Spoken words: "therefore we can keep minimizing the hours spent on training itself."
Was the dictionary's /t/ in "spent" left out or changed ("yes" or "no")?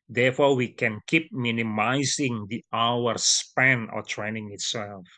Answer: yes